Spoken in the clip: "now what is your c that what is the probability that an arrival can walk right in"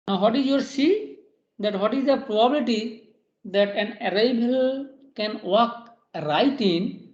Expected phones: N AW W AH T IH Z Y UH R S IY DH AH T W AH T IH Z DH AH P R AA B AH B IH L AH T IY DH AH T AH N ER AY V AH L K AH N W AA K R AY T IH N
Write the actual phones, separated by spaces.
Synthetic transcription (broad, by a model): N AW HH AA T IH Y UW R S IY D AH T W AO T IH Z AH P R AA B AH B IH L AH T IY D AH T AH N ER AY B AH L K AH N W AA K R AY T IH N